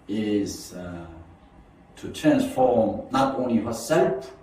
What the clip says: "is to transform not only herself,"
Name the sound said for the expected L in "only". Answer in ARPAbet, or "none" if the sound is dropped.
L